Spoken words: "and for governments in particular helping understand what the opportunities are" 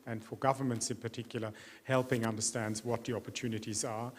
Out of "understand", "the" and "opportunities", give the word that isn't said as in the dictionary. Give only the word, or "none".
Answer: none